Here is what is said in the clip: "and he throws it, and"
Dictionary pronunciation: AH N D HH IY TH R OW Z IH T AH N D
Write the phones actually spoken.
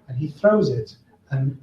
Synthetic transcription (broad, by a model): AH N IY TH R OW Z IH T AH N